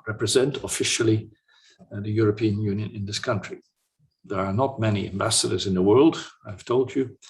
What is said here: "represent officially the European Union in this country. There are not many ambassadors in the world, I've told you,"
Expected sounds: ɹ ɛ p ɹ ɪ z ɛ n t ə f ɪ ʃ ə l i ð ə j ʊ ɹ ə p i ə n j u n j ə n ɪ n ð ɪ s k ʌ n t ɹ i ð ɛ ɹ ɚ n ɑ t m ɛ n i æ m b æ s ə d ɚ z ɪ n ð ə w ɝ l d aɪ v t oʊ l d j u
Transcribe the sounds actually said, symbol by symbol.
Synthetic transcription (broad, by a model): ɹ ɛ p ɹ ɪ z ɛ n t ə f ɪ ʃ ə l i ð ə j ʊ ɹ ə p i ə n j u n j ə n ɪ n ð ɪ s k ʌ n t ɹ i ð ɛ ɹ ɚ n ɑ t m ɛ n i æ m b æ s ə d ɚ z ɪ n ð ə w ɝ l d aɪ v t oʊ l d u